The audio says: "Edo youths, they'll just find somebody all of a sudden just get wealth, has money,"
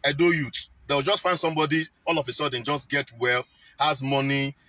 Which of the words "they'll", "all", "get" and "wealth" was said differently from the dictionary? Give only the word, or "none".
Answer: they'll